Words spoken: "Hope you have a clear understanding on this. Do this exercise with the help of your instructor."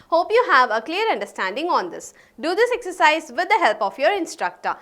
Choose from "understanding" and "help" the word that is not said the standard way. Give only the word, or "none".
none